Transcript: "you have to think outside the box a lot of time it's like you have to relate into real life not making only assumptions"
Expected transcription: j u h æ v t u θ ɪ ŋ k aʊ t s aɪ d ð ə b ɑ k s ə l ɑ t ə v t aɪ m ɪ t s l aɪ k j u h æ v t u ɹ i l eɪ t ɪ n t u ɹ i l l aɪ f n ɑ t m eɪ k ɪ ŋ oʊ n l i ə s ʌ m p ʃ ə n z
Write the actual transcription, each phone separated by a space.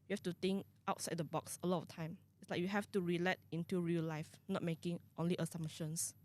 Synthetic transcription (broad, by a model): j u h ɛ f t u t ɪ ŋ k aʊ t s aɪ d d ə b ɑ k s ə l ɑ t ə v t aɪ m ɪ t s l aɪ k j u h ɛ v t u ɹ i l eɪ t ɪ n t u ɹ i l l aɪ f n ɑ t m eɪ k ɪ ŋ oʊ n l i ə s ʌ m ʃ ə n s